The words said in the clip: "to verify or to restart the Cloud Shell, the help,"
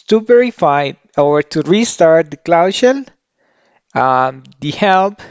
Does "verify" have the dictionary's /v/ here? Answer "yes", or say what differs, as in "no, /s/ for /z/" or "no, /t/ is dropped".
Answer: no, /p/ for /v/